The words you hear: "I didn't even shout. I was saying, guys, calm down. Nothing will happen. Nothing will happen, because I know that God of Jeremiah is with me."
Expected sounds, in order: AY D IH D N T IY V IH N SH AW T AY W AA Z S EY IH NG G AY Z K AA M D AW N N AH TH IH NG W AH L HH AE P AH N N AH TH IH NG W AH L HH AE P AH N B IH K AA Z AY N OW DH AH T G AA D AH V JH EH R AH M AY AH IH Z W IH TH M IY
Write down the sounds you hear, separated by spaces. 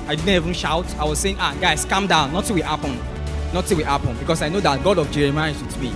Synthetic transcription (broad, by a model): AY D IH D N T IY V IH N SH AW T AY W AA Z S EY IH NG G AY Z K AA M D AW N N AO T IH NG W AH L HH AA P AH N N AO T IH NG W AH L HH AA P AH N B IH K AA S AY N OW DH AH T G AA D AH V JH EH R AH M AY AH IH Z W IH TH M IY